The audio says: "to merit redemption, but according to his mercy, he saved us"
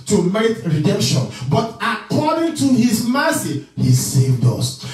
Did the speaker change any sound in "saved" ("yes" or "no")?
no